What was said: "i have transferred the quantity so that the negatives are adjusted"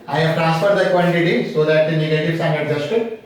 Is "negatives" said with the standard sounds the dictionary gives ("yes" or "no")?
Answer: no